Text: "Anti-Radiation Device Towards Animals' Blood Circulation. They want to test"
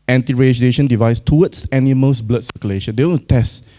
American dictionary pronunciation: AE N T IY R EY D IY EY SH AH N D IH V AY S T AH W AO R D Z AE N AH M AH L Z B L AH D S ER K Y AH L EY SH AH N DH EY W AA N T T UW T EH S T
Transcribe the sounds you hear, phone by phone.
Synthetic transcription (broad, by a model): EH N T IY R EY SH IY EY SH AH N D IH V AY S T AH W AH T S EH N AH M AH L S B L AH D S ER K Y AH L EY SH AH N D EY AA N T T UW T EH S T